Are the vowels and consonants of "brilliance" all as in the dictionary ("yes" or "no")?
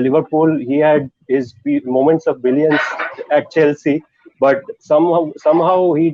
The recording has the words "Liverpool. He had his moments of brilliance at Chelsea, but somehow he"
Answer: no